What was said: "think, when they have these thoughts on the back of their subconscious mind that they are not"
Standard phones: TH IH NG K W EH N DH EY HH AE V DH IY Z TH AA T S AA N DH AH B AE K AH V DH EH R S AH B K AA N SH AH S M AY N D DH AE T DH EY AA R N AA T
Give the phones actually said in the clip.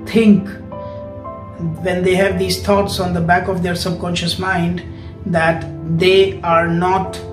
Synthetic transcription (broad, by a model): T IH NG K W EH N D EY HH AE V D IY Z T AA T S AA N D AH B AE K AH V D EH R S AH B K AA N SH AH S M AY N D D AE T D EY AA R N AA T